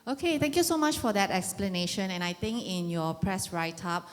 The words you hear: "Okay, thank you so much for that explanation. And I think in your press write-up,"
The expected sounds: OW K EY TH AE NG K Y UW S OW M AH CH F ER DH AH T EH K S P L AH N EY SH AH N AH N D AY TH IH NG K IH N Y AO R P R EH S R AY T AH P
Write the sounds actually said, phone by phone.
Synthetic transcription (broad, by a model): OW K EY T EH NG K Y UW S OW M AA CH F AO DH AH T EH K S P L AH N EY SH AH N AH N AY T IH NG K IH N Y AO P R EH S R AY T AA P